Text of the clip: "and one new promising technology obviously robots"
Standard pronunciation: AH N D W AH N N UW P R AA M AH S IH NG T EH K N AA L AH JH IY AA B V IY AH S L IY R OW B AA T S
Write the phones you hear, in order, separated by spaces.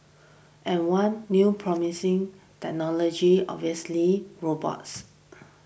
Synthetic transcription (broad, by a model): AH N W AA N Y UW P R AA M AH S IH NG T EH K N AA L AH JH IY AA V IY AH S L IY R OW B AA T S